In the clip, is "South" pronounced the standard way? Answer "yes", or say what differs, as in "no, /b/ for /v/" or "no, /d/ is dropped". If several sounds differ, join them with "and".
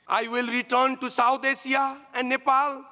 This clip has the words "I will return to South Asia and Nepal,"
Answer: no, /t/ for /θ/